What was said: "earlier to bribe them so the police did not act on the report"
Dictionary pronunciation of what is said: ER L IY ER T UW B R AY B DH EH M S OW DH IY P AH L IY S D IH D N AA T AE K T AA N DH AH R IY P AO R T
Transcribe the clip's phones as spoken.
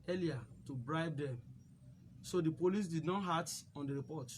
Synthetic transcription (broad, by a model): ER L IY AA T UW B R AY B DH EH M S OW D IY P AH L IY S D IH D N AA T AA T AA N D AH R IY P AO T